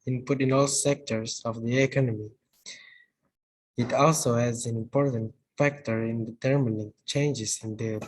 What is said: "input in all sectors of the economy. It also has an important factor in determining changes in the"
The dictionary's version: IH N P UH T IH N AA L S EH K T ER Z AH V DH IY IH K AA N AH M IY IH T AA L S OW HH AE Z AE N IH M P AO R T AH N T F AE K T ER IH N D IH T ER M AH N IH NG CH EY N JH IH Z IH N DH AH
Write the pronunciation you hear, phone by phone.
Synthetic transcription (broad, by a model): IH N P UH T IH N AA L S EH K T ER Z AH V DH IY IH K AA N AH M IY IH T AA L S OW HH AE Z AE N IH M P AO R T AH N T F AE K T ER IH N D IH T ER M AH N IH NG CH EY N JH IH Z IH N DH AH